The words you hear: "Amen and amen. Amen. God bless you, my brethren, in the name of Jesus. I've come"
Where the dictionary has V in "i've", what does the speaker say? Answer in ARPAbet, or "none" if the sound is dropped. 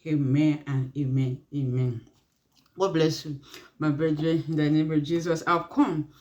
W